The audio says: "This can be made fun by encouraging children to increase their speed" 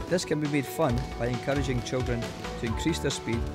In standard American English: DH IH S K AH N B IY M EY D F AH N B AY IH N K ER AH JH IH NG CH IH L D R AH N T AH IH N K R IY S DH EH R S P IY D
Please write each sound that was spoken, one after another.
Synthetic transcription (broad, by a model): DH IH S K AH N B IY M EY D F AH N B AY IH N K ER AH JH IH NG CH IH L D R AH N T AH IH N K R IY S DH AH R S P IY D